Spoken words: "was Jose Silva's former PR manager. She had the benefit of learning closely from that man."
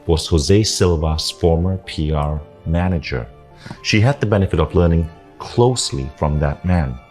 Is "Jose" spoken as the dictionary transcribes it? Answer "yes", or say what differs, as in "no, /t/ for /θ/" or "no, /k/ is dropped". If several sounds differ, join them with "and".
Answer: yes